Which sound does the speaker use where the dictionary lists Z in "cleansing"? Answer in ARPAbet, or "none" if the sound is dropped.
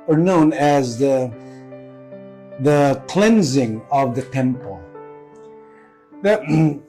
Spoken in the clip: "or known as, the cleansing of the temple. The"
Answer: Z